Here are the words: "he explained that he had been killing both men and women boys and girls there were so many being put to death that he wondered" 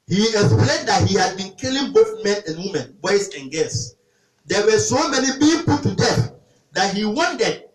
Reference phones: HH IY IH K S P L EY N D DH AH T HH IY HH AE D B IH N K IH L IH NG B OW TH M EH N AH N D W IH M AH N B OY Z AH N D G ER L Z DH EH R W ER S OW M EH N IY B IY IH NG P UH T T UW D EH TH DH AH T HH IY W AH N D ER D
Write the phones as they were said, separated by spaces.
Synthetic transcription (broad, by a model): HH IY IH K S P L EY N D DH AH T HH IY HH AE D B IH N K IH L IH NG B OW TH M EH N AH N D W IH M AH N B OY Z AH N G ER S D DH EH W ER S OW M EH N IY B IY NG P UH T T UW D EH TH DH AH T HH IY W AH N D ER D